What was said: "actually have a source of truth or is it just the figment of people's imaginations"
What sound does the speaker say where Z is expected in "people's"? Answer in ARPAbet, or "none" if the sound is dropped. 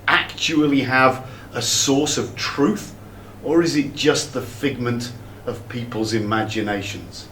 Z